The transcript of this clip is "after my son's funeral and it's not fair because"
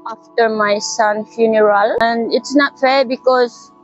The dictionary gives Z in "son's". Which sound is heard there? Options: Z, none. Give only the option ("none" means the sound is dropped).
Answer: none